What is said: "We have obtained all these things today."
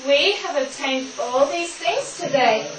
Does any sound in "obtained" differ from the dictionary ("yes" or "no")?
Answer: no